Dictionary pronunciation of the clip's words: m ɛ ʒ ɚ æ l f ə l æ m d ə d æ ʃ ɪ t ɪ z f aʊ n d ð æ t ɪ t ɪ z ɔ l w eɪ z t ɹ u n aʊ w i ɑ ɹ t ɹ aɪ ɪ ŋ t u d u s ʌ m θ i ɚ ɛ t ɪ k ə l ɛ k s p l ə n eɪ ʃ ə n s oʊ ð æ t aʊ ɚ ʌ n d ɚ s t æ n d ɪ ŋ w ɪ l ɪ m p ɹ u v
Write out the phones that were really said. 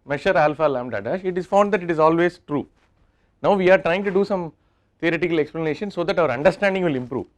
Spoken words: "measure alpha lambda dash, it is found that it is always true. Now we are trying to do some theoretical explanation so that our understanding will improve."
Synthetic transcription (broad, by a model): m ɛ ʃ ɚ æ l f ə l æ m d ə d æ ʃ ɪ t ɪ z f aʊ n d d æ t ɪ t ɪ z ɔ l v eɪ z t ɹ u n aʊ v i ɑ ɹ t ɹ aɪ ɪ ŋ t u d u s ʌ m t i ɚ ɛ t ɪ k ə l ɛ k s p l ə n eɪ ʃ ə n s oʊ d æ t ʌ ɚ ʌ n d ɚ s t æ n d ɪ ŋ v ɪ l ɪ m p ɹ u v